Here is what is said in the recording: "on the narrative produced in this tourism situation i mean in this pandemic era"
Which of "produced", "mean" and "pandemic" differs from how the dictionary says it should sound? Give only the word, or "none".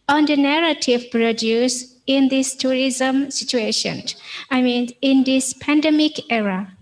produced